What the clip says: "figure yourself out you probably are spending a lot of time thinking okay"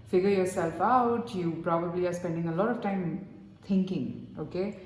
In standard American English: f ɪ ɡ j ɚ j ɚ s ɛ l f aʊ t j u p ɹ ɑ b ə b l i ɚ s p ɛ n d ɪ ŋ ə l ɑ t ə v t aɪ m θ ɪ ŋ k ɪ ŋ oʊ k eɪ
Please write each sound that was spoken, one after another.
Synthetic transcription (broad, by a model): f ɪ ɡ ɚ j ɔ s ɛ l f aʊ t j u p ɹ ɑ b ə b l i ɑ s p ɛ n d ɪ ŋ ə l ɑ t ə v t aɪ m t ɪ ŋ k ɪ ŋ oʊ k eɪ